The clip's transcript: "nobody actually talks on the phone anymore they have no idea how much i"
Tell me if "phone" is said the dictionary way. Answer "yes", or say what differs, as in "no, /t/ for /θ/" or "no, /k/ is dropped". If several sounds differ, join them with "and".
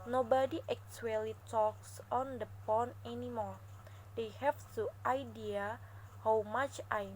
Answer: no, /p/ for /f/